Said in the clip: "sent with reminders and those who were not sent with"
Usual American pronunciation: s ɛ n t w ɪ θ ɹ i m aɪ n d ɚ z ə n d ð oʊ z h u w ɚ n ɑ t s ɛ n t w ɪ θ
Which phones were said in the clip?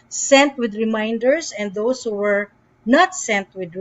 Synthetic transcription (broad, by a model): s ɛ n t w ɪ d ɹ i m aɪ n d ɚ s ə n d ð oʊ s h u w ɚ n ɑ t s ɛ n t w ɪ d